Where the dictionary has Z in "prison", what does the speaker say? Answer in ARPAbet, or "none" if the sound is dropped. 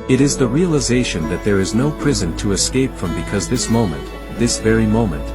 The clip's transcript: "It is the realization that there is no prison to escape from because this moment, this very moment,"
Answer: Z